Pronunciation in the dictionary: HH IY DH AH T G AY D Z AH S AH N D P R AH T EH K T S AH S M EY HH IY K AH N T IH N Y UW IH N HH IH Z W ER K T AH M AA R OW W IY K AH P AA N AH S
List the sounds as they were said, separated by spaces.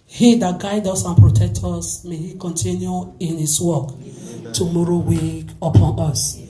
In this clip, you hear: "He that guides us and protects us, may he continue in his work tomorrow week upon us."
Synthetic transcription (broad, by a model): HH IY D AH T G AY D AO S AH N P R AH T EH K T AO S M EY HH IY K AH N T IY N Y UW IH N HH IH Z W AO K T AH M AA R OW W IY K AH P AA N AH S